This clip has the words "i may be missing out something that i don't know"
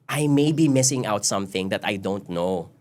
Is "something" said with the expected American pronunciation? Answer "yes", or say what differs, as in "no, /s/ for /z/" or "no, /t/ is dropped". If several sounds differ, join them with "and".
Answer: yes